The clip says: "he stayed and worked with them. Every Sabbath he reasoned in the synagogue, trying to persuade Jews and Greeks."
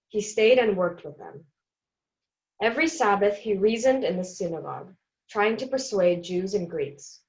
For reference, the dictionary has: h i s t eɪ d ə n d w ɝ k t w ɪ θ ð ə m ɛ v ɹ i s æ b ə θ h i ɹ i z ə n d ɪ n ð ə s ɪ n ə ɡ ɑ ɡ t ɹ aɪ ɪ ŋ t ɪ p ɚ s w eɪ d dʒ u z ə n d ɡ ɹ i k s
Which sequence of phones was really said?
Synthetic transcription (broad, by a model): h i s t eɪ d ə n w ɝ k t w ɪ ð ə m ɛ v ɹ i s æ b ə θ h i ɹ i z ə n d ɪ n ð ə s ɪ n ə ɡ ɑ ɡ t ɹ aɪ ɪ ŋ t ɪ p ɚ s w eɪ d dʒ u z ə n ɡ ɹ i k s